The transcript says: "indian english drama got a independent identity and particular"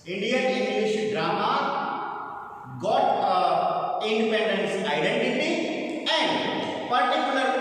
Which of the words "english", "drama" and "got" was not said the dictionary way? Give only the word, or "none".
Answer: english